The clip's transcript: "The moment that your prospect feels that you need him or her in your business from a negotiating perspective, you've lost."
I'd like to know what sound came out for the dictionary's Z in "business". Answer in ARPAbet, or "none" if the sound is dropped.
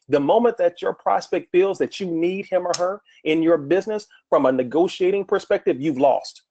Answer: Z